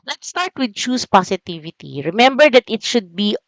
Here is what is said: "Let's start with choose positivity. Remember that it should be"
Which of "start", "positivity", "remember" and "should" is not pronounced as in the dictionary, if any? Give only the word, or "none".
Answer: positivity